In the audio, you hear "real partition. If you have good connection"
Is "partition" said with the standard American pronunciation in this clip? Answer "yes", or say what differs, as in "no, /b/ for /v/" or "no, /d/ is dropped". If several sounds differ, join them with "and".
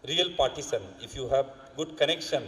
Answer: no, /s/ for /ʃ/